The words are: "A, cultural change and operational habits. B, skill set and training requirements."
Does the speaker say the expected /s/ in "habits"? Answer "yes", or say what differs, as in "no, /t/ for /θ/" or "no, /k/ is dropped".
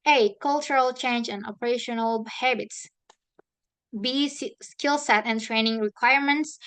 yes